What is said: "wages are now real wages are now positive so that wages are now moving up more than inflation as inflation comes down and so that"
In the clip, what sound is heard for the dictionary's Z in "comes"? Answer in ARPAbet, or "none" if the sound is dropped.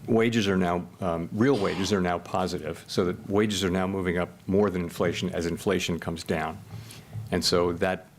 Z